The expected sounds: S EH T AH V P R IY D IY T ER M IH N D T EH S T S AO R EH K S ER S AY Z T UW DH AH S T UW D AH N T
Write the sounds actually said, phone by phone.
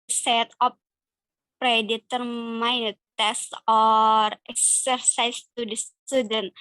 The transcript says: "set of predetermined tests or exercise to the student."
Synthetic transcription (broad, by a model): S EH T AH P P R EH D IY T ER M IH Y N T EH S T AO R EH K S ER S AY S T UW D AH S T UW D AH N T